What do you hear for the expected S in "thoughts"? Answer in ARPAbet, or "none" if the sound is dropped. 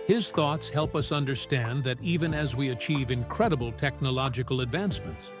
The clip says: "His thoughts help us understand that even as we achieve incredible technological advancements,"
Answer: S